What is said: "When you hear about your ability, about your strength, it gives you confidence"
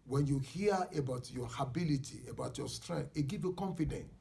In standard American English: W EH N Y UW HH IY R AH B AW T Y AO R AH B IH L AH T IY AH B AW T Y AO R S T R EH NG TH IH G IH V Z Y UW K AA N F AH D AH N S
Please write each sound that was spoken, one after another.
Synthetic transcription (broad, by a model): W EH N Y UW HH IY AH AH B AW T Y AO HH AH B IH L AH T IY AH B AW T Y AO S T R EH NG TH IH G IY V Y UW K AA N F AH D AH N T